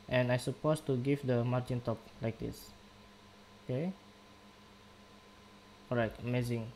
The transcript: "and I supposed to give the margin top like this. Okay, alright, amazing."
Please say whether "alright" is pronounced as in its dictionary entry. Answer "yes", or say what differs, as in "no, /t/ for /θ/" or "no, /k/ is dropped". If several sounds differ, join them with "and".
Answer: no, /l/ is dropped